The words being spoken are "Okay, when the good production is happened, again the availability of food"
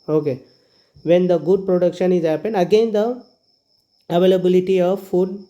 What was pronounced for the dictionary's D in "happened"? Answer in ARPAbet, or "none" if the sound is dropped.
none